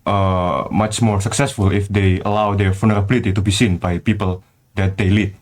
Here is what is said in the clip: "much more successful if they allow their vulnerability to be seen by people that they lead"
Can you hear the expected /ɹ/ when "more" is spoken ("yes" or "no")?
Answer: yes